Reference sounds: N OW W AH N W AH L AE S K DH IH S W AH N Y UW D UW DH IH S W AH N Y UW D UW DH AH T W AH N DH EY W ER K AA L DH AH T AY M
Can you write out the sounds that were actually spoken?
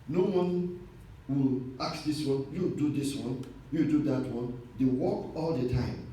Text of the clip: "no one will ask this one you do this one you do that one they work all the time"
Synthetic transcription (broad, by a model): N OW W AH N W AH L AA K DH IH S W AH N Y UW D UW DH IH S W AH N Y UW D UW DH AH T W AH N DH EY W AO K AA L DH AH T AY M